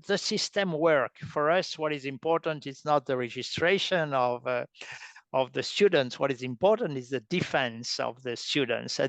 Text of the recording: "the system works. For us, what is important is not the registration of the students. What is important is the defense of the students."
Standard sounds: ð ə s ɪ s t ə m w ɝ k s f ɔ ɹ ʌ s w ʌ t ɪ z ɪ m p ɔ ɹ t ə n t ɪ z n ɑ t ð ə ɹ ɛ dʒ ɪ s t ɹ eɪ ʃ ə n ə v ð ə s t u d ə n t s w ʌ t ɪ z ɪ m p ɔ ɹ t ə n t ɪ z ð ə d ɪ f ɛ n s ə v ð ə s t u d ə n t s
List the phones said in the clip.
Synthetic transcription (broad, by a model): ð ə s ɪ s t ə m w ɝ k f ɔ ɹ ʌ s w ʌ t ɪ z ɪ m p ɔ ɹ t ə n t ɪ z n ɑ t ð ə ɹ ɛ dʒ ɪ s t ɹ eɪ ʃ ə n ə v ð ə s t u d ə n t s w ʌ t ɪ z ɪ m p ɔ ɹ t ə n t ɪ z ð ə d ɪ f ɛ n s ə v ð ə s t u d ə n t s